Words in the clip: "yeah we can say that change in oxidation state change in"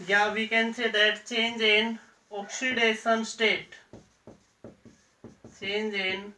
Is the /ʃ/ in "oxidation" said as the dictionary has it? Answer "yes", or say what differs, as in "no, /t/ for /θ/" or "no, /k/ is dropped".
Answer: no, /s/ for /ʃ/